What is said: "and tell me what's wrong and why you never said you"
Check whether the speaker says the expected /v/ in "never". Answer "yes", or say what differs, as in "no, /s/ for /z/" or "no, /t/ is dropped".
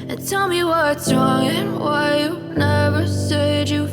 yes